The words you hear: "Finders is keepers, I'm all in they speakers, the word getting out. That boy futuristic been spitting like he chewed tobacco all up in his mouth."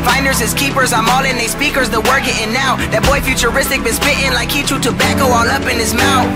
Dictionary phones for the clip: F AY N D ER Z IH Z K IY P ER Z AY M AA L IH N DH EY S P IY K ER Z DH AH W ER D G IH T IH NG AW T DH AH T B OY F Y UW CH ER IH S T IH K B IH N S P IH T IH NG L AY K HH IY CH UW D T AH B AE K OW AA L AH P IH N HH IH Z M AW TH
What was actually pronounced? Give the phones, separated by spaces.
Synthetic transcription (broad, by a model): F AY N D ER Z IH Z K IY P ER Z AY M AA L IH N DH EY S P IY K ER Z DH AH W ER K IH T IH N AW DH AH T B OY F Y UW CH ER IH S T IH K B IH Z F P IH T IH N L AY K HH IY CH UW T AH B AE K OW AA L AH P IH N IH Z M AW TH